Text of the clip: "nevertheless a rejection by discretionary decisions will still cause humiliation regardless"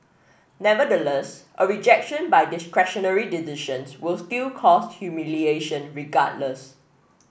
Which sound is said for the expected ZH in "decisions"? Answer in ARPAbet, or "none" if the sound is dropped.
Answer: SH